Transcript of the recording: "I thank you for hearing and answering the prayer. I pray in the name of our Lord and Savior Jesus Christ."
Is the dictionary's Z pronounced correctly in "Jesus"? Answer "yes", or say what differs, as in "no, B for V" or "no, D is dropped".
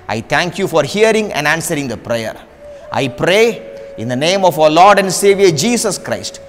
no, S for Z